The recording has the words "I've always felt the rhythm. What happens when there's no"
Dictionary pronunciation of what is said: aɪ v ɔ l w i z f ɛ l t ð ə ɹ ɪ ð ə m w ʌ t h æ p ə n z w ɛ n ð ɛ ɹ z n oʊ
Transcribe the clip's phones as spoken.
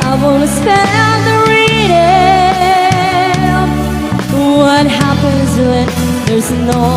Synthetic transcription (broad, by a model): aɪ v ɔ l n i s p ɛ ð ə ɹ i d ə w ʌ t h æ p ə n z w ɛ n ð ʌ ɹ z n oʊ